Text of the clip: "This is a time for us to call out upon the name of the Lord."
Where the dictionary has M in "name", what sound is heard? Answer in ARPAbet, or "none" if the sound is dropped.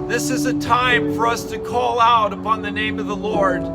M